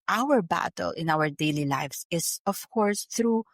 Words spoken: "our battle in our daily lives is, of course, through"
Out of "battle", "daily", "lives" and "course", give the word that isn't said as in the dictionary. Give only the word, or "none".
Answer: lives